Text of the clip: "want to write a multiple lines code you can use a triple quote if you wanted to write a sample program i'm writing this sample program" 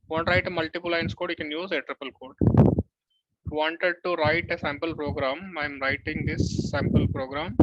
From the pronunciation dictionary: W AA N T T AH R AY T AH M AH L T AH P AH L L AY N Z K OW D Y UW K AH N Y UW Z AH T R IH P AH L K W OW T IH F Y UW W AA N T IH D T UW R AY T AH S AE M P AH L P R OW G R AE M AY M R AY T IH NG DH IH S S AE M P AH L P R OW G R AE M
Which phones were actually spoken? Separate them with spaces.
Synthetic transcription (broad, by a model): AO N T T AH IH T AH M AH L T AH P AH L L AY N S K OW D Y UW K AH N Y UW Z AH T R IH P AH L K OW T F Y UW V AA N T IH D T UW R AY T AH S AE M P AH L P R OW G R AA M AY M R AY T IH NG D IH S S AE M P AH L P R OW G R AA M